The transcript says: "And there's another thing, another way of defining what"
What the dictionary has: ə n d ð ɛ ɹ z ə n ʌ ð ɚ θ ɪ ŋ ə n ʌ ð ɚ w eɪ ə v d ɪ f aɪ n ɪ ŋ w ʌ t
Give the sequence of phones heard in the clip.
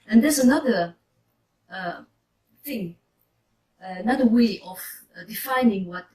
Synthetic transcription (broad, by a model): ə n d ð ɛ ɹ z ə n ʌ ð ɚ θ ɪ ŋ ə n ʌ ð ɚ w eɪ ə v d ɪ f aɪ n ɪ ŋ w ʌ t